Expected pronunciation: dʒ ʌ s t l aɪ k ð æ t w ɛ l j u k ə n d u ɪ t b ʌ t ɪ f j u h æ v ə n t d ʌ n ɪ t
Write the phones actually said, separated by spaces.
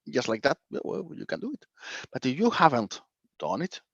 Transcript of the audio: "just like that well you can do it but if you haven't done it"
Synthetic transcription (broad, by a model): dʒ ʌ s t l aɪ k ð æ t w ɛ w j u k ə n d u ɪ t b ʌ t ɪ j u h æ v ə n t d ʌ n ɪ t